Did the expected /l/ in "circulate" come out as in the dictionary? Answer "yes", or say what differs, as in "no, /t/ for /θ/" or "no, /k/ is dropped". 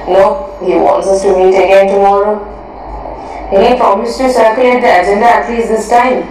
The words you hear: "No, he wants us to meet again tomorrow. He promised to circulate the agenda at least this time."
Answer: no, /l/ is dropped